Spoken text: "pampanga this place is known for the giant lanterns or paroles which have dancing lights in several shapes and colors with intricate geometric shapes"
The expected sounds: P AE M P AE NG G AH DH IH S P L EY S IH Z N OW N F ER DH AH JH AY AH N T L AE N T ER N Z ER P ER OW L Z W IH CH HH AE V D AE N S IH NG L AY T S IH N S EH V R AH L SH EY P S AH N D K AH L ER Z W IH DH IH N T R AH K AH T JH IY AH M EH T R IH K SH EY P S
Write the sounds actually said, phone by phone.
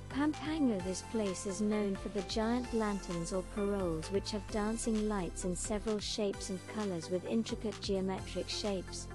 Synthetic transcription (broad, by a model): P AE M P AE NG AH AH DH IH S P L EY S IH Z N OW N F ER DH AH JH AY AH N T L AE N T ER N Z ER P ER OW L Z W IH CH HH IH V D AE N S IH NG L AY T S IH N S EH V R AH L SH EY P S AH N K AH L ER Z W IH DH IH N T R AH K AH T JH IY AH M EH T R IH K SH EY P S